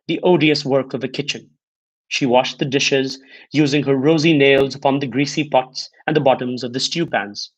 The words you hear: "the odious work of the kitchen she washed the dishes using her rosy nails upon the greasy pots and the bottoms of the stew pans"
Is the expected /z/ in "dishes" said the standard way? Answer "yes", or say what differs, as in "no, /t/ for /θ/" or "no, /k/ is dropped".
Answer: yes